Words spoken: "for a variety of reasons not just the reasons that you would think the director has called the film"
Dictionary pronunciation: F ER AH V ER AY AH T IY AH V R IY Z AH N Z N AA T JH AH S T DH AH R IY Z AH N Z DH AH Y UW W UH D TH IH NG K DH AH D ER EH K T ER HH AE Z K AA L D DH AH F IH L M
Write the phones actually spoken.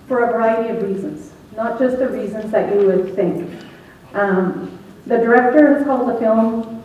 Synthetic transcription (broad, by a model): F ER AH V ER AY AH T IY AH V R IY Z AH N Z N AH T JH AH S T DH AH R IY Z AH N Z DH AH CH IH W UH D TH IH NG K DH AH D ER EH K T ER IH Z K AA L D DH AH F IH L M